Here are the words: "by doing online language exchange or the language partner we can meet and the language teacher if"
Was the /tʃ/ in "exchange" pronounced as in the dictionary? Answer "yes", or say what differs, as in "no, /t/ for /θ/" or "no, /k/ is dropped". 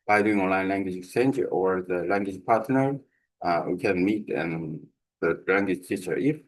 no, /tʃ/ is dropped